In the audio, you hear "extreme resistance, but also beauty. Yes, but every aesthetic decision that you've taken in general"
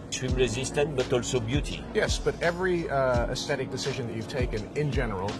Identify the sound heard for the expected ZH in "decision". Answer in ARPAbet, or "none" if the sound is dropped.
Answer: ZH